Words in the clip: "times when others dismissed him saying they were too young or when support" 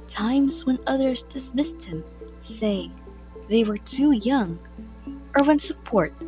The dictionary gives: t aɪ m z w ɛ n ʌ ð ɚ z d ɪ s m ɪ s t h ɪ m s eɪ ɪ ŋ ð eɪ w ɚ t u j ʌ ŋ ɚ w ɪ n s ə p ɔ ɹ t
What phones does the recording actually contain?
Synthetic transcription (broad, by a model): t aɪ m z w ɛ n ʌ ð ɚ z d ɪ s m ɪ s t h ɪ m s eɪ ɪ ŋ ð eɪ w ɚ t u j ʌ ŋ ɚ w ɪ n s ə p ɔ ɹ t